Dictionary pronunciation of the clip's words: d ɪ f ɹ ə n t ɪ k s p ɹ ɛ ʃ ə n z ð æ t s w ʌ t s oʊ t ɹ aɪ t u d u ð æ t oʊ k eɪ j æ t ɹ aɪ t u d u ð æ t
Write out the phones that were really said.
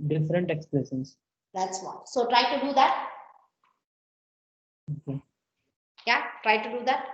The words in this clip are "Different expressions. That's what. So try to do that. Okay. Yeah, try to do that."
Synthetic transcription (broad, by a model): d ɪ f ɹ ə n t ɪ k s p l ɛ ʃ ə n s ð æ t s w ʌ s oʊ t ɹ aɪ t u d u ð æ t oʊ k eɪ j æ t ɹ aɪ t u d u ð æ t